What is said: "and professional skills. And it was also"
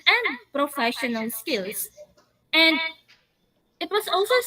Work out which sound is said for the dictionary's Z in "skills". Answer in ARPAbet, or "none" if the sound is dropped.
S